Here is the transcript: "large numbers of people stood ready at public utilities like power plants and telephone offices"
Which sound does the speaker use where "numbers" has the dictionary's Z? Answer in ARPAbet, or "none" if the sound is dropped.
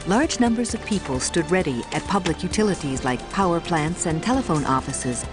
Z